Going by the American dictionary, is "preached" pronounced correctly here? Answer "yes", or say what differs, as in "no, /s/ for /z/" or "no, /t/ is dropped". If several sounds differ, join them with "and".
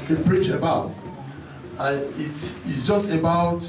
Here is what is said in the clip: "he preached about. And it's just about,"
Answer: no, /t/ is dropped